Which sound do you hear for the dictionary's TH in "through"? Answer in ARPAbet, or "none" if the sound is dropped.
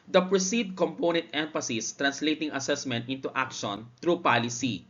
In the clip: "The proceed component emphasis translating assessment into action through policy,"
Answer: T